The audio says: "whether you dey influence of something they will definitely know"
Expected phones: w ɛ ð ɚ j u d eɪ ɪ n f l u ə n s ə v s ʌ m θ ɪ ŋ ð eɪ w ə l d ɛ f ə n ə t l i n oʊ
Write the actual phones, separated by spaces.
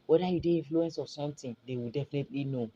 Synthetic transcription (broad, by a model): w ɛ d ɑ j u d eɪ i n f l u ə n s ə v s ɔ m t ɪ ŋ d eɪ w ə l d ɛ f ə n ə t l i n oʊ